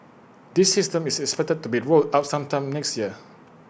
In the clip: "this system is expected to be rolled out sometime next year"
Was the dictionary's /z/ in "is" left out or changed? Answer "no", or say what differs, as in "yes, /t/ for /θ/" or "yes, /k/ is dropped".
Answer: yes, /s/ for /z/